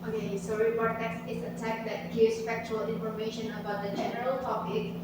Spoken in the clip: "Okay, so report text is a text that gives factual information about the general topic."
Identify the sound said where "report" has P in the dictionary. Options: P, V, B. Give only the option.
B